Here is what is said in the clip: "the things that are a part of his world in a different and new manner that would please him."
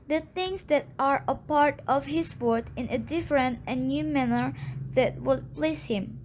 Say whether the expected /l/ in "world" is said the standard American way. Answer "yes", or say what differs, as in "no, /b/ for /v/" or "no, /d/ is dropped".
no, /l/ is dropped